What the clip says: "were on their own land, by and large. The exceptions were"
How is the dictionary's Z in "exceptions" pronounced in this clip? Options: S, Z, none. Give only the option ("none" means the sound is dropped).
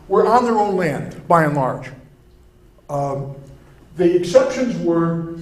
Z